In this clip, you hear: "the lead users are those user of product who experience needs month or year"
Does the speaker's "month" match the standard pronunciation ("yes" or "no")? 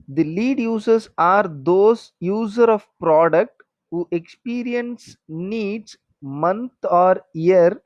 no